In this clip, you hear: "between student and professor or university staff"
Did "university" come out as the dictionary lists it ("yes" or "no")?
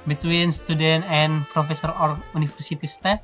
no